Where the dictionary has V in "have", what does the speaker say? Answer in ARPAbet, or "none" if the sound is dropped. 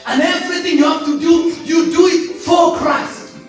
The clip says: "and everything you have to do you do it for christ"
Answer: F